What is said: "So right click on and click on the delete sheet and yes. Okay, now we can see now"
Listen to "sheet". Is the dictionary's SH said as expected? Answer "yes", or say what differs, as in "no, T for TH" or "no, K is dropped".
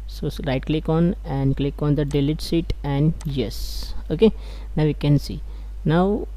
no, S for SH